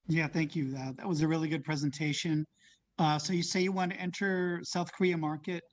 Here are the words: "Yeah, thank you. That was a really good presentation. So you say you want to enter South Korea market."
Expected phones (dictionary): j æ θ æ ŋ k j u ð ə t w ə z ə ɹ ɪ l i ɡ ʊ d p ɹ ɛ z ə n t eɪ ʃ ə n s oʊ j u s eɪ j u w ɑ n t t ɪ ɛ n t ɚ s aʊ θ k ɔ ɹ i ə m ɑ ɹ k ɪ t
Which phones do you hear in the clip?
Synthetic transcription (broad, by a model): j æ θ æ ŋ k j u ð ə t w ə z ə ɹ ɪ l i ɡ ʊ d p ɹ ɛ z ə n t eɪ ʃ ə n s oʊ j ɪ s eɪ j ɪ w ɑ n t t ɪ ɛ n t ɚ s aʊ θ k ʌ ɹ i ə m ɑ ɹ k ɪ t